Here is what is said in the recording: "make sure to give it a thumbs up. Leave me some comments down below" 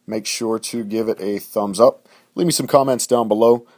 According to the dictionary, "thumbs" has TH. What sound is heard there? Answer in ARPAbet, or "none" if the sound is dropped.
TH